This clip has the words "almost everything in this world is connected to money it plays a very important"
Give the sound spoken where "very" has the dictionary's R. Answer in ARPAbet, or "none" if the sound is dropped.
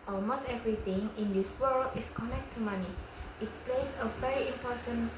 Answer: R